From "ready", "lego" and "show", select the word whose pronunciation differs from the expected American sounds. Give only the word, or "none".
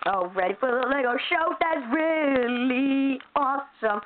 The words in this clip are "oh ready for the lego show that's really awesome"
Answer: none